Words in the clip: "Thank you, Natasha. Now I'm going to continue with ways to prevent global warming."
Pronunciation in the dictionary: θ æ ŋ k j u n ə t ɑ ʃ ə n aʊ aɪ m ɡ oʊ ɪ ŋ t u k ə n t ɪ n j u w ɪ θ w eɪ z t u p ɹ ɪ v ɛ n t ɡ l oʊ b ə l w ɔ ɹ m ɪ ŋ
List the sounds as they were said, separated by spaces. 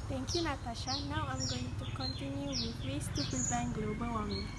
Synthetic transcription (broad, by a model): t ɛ ŋ k j u n ə t ɑ ʃ ə n aʊ aɪ m ɡ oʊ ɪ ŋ t u k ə n t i n j u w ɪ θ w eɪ s t u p ɪ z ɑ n ɡ l oʊ b ə l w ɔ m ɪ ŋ